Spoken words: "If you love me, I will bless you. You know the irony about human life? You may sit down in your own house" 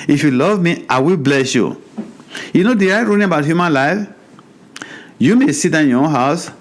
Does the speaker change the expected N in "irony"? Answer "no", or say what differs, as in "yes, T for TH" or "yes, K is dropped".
yes, L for N